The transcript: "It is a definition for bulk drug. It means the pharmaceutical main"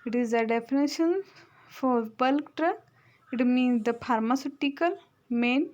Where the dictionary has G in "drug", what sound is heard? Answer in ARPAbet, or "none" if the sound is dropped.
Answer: none